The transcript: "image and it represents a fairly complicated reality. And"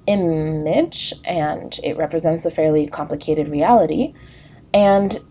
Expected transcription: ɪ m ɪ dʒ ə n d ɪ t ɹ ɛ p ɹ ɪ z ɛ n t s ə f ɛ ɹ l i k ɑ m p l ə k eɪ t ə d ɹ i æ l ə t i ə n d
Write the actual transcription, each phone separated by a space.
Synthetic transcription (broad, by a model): ɪ m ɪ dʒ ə n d ɪ t ɹ ɛ p ɹ ɪ z ɛ n t s ə f ɛ ɹ l i k ɑ m p l ə k eɪ t ə d ɹ i æ l ə t i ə n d